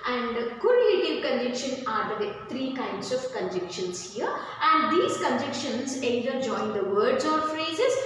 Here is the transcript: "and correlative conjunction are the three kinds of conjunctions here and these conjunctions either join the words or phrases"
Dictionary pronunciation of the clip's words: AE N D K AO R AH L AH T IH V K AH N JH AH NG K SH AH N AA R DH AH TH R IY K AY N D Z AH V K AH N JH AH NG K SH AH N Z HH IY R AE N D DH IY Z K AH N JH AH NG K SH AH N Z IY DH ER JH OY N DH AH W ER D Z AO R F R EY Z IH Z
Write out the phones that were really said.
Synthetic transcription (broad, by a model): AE N D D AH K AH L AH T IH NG K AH N JH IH K SH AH N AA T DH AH T R IY K AY N D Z AH V K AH N JH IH K SH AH N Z HH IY R AE N D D IY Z K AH N JH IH K SH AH N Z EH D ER JH OY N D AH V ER D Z AO R F R EY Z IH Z